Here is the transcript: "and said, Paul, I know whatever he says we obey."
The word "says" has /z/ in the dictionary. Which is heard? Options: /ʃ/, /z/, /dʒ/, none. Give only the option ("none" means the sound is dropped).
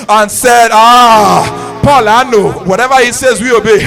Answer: /z/